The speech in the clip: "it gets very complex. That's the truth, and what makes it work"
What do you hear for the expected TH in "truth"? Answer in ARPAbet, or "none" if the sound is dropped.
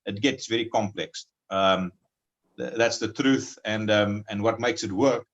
TH